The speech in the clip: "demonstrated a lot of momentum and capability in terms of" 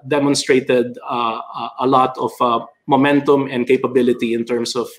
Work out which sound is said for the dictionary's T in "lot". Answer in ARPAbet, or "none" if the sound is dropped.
T